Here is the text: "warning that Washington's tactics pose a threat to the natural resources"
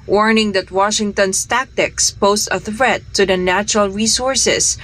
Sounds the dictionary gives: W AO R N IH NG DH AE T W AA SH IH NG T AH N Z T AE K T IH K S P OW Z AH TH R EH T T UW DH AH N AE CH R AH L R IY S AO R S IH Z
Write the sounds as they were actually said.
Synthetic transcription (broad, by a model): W AO R N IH NG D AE T W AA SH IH NG T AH N S T AE K T IH K S P OW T AH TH R EH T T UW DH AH N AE CH R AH L R IY S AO R S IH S